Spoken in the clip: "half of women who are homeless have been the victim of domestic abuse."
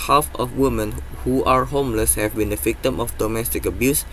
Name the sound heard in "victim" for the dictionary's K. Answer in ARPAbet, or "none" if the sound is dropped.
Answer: K